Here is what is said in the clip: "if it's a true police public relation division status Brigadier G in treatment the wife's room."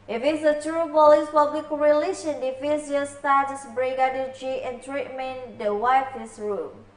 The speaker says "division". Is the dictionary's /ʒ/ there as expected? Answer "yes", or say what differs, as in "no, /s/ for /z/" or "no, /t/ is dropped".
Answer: no, /z/ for /ʒ/